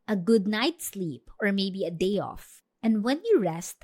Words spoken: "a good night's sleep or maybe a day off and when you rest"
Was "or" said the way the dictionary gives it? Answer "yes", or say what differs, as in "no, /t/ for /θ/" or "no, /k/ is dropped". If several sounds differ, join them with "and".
yes